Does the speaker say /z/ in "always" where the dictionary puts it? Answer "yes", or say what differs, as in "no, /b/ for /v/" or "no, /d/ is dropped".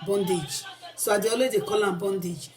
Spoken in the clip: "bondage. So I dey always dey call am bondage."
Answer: no, /z/ is dropped